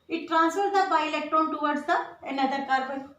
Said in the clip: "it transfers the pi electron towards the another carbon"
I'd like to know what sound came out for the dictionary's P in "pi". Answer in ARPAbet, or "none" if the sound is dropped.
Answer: B